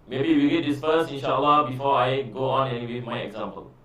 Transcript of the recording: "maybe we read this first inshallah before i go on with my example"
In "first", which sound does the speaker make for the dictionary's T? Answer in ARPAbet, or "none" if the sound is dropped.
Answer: none